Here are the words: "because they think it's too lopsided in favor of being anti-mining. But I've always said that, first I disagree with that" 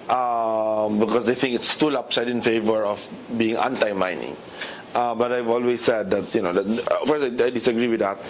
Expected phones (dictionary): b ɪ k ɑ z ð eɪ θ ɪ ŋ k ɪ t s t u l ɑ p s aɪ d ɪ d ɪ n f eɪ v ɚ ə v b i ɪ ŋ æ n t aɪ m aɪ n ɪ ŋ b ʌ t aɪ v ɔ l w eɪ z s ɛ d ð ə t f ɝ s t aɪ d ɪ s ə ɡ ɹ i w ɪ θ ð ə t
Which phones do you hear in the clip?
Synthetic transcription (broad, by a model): b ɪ k ɑ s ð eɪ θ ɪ ŋ k ɪ t s t u l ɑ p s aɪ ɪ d ɪ n f eɪ v ɚ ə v b i ɪ ŋ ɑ n t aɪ m aɪ n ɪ ŋ b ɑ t aɪ v ɔ l w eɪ s ɛ d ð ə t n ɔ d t aɪ d ɪ s ə ɡ ɹ i w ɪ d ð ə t